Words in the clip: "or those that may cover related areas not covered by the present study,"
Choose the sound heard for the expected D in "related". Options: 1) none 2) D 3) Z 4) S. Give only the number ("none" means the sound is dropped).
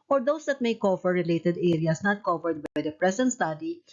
2